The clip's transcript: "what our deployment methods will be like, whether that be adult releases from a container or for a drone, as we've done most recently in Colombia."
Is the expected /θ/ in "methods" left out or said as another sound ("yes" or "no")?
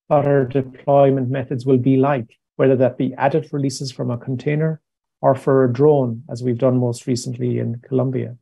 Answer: no